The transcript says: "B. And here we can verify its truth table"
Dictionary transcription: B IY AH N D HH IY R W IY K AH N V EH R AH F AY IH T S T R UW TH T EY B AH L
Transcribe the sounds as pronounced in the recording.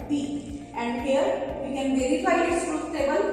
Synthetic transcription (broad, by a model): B IY AH N D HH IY R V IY K AH N V EH R AH F AY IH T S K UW S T EY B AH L